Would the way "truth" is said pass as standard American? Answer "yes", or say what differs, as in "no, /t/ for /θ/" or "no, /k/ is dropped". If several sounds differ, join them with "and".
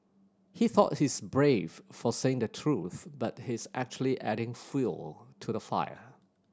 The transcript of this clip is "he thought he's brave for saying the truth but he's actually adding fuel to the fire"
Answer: yes